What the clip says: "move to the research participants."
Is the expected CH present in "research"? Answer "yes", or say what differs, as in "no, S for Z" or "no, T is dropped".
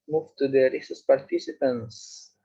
no, S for CH